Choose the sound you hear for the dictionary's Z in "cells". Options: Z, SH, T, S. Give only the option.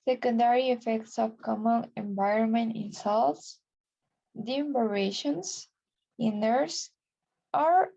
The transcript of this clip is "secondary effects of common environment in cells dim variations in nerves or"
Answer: S